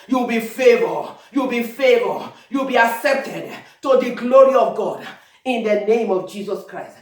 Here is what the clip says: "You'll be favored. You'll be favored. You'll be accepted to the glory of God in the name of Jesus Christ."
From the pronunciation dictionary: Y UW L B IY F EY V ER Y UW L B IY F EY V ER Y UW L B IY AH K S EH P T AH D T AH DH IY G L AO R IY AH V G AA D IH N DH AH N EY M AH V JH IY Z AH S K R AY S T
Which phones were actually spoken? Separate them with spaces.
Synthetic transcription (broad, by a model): Y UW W B IY F EY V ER Y UW L B IY F EY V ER Y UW W B IY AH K S EH P T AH D T AH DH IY G L AO R IY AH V G AA D IH N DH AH N EY M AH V JH IY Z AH S K R AY S T